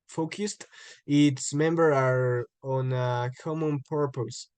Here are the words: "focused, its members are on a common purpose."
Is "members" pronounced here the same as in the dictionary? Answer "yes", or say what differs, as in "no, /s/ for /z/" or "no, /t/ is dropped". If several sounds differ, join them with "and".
no, /z/ is dropped